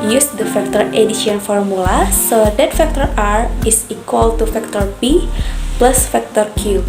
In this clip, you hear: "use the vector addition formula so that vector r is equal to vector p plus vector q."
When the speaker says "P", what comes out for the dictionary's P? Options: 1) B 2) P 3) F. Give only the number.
1